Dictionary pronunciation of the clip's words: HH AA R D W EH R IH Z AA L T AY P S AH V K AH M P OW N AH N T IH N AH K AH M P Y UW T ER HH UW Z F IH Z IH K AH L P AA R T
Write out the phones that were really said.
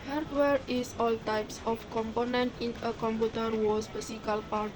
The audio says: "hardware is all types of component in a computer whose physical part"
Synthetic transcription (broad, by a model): HH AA R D W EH R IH S AA L T AY P S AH F K AH M P OW N AH N T IH N AH K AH M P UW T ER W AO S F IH S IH K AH L P AA R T